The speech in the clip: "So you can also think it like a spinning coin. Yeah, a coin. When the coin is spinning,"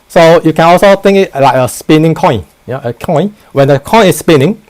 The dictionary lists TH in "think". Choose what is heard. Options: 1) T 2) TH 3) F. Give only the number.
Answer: 1